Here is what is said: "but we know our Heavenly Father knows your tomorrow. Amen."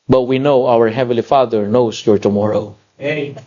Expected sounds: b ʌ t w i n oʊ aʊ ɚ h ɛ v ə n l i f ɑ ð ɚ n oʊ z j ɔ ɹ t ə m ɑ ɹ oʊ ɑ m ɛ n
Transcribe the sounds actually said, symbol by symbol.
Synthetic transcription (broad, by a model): b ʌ t w i n oʊ aʊ ɚ h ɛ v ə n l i f ɑ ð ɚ n oʊ s j ɔ ɹ t ə m ɑ ɹ oʊ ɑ